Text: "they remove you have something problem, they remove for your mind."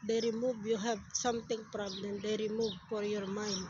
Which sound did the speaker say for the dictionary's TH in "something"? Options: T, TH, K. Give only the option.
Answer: T